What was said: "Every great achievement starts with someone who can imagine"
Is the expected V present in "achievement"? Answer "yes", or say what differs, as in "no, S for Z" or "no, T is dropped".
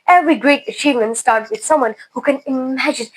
yes